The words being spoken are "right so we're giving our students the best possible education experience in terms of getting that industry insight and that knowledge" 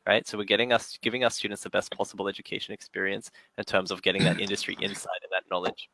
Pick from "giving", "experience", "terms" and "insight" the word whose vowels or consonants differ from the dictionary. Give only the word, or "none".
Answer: none